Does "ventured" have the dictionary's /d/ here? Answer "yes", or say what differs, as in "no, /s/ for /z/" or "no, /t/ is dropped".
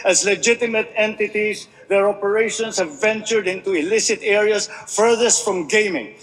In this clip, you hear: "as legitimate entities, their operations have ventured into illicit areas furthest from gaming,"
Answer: yes